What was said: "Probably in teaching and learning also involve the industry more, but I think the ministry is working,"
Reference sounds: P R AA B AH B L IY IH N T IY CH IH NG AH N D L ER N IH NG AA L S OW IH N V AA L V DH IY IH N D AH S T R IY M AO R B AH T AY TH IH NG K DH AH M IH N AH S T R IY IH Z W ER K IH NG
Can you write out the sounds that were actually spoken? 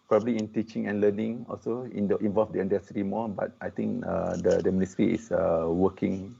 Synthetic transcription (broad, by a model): P R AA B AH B L IY IH N T IY CH IH NG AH N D L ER N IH NG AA L S OW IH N V AA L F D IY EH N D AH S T IY M AO B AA T AY T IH NG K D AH M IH N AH S T R IY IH S W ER K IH NG